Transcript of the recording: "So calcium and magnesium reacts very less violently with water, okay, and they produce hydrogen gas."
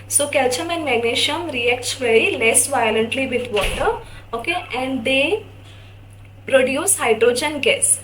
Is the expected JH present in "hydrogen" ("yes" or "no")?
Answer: yes